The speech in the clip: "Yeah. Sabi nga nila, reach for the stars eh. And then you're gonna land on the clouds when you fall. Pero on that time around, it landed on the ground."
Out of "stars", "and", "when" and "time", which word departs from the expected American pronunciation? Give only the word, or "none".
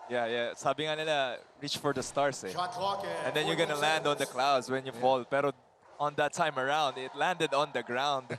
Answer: stars